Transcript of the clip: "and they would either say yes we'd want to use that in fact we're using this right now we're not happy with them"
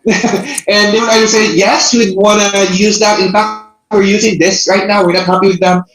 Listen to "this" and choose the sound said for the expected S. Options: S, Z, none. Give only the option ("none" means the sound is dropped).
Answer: S